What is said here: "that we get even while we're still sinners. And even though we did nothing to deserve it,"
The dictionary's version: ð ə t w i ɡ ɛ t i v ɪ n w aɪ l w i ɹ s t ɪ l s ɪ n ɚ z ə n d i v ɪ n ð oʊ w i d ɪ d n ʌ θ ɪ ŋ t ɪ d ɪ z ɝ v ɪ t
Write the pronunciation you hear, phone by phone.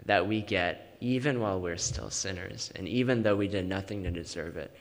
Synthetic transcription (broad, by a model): ð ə t w i ɡ ɛ t i v ɪ n w aɪ l w i ɹ s t ɪ l s ɪ n ɚ z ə n i v ɪ n ð oʊ w i d ɪ d n ʌ θ ɪ ŋ t ɪ d ɪ z ɝ v ɪ t